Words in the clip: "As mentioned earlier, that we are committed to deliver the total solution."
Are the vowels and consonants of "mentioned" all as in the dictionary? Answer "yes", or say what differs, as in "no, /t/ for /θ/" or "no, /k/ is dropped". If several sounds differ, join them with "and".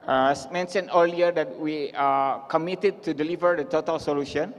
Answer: no, /d/ is dropped